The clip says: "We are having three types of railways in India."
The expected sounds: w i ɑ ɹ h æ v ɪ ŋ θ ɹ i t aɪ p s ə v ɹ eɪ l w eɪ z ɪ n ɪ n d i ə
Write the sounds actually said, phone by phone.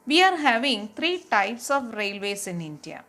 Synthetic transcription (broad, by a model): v i ɑ ɹ h æ v ɪ ŋ t ɹ i t aɪ p s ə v ɹ eɪ l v eɪ s ɪ n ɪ n d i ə